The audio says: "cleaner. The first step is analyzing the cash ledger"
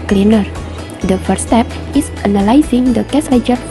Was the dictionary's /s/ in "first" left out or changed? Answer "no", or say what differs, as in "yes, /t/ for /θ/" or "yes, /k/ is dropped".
yes, /s/ is dropped